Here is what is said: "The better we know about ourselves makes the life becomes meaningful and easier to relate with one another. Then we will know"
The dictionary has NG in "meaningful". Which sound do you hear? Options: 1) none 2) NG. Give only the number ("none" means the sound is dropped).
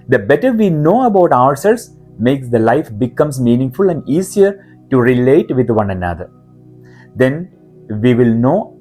2